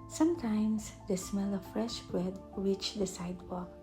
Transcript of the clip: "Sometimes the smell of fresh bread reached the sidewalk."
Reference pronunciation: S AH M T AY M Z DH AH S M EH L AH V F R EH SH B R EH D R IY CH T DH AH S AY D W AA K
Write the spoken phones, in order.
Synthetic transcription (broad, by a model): S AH M T AY M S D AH S M EH L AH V F R EH SH B R EH D W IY CH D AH S AY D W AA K